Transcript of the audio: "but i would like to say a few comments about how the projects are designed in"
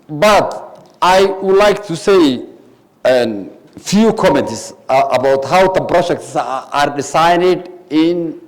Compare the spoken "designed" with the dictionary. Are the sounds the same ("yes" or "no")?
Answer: no